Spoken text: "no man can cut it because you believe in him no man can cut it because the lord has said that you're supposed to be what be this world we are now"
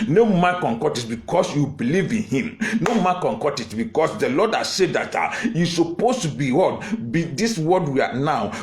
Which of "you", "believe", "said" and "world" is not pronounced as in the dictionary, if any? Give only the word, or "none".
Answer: world